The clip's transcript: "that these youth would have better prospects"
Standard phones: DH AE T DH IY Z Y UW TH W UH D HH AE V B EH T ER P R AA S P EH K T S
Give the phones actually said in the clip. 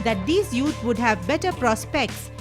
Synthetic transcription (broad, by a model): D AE T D IY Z Y UW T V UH D HH AE V B EH T ER P R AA S P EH K T S